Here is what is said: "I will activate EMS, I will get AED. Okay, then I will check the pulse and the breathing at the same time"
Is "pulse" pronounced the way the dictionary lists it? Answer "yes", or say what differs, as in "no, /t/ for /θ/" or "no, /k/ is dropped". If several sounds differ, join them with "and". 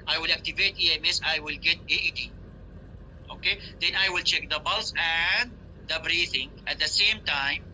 no, /b/ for /p/